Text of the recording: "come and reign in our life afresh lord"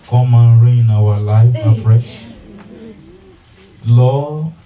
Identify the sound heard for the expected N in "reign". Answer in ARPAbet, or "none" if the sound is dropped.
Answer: none